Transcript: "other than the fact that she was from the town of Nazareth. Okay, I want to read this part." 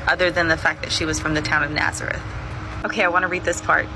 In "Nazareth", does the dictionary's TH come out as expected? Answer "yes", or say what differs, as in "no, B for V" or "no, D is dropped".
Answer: yes